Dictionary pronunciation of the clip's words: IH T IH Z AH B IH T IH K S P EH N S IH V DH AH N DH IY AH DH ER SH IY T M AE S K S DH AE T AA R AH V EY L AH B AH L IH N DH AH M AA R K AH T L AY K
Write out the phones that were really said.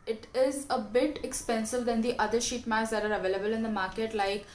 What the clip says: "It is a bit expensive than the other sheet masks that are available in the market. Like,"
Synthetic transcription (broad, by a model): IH T IH Z AH B IH T IH K S P EH N S IH V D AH N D IY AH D ER SH IY T M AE K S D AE T AA R AH V EY L AH B AH L IH N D AH M AA R K AH T L AY K